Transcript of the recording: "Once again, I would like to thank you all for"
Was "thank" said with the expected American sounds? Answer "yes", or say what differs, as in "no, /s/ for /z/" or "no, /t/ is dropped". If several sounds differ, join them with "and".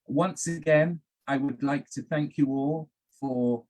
yes